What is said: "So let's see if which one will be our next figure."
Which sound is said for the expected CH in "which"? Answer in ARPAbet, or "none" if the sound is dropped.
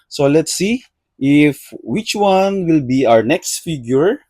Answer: CH